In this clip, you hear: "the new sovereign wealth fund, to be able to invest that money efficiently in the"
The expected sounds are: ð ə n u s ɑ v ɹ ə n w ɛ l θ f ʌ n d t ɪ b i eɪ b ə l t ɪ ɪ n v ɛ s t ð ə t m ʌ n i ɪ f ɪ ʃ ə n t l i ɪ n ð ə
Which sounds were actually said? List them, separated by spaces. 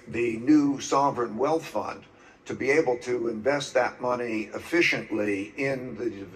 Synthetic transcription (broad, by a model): ð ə n u s ɑ v ɹ ə n w ɛ l θ f ʌ n t ɪ b i eɪ b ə l t ɪ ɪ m v ɛ s t ð ə t m ʌ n i ɪ f ɪ ʃ ə n t l i ɪ n ð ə